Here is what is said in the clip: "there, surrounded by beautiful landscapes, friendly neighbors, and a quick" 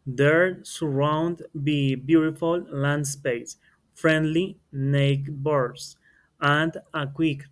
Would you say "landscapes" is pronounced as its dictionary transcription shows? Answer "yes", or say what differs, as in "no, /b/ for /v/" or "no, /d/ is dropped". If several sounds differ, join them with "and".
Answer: no, /p/ is dropped